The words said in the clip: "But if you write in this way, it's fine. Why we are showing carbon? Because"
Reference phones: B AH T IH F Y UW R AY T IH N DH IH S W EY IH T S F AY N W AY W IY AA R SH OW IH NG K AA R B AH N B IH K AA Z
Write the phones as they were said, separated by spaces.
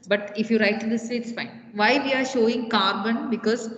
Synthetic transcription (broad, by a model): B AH T IH F Y UW R AY T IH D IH S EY IH T S F AY N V AY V IY AA R SH OW IH NG K AA R B AH N B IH K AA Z